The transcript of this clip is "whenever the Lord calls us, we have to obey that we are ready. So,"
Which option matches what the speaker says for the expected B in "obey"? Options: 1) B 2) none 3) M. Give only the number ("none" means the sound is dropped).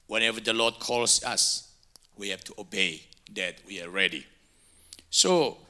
1